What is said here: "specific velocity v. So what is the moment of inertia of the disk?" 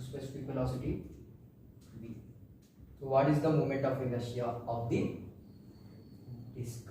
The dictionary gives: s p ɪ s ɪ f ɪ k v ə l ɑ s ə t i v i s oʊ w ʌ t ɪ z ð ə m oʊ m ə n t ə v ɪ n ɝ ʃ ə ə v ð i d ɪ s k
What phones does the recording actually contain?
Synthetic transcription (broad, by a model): s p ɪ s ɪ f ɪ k f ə l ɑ s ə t i b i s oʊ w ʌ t ɪ z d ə m oʊ m ə n t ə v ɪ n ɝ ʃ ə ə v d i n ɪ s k